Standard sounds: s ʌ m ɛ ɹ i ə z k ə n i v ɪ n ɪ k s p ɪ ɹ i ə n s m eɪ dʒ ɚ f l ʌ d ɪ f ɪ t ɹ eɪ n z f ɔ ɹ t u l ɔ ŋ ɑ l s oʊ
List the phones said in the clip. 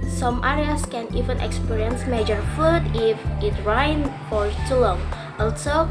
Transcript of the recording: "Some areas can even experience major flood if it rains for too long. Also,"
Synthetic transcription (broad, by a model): s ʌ m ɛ ɹ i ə s k ə n i v ɪ n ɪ k s p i ɹ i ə n s m eɪ dʒ ɚ f u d ɪ f ɪ t ɹ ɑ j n f ɔ ɹ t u l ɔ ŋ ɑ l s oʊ